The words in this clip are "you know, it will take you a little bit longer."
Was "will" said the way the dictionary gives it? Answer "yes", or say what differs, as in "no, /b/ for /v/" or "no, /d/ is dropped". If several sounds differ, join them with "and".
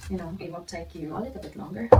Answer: no, /n/ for /l/